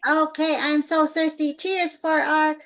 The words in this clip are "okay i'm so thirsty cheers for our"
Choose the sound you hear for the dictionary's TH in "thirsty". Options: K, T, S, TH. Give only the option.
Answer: TH